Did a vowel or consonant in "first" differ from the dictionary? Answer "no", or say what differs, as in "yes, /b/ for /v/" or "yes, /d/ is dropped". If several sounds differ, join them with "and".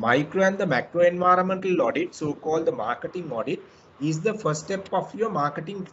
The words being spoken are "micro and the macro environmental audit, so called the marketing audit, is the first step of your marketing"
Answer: yes, /s/ is dropped